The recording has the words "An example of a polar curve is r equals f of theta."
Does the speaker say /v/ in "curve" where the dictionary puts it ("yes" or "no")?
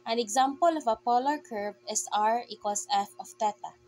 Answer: no